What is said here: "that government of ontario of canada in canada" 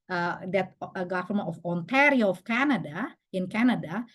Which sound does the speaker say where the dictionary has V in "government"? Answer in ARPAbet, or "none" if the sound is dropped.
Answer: F